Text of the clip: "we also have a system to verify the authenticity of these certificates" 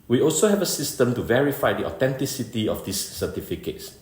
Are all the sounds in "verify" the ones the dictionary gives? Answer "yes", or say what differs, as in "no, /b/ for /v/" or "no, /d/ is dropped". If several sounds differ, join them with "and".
yes